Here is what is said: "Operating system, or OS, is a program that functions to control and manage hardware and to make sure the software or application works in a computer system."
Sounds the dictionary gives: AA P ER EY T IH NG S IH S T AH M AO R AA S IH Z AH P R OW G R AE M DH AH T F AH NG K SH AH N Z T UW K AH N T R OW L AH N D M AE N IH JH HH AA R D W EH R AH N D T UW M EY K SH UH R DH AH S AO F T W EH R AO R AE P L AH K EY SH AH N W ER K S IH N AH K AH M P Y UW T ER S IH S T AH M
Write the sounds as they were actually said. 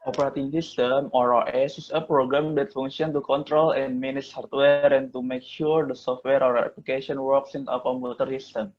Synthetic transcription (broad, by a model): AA P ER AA T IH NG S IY S T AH M AO R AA S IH S AH P R OW G R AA M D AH T F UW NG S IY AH N T UW K AH N T R OW L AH N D M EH N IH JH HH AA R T W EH R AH N T UW M EY K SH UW R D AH S AO F T W EH R AO R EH P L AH K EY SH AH N W ER K S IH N AH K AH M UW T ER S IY S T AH M